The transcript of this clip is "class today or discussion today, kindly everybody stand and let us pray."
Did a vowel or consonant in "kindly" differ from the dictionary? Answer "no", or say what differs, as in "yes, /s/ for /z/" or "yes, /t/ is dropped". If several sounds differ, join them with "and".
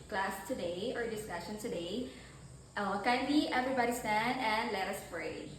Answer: yes, /l/ is dropped